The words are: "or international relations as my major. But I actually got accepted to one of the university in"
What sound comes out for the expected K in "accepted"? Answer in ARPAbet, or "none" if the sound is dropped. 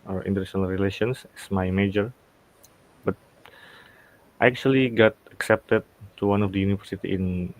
K